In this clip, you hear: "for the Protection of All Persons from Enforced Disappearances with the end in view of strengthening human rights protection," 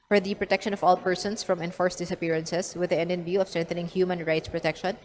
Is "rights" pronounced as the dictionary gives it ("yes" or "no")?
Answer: yes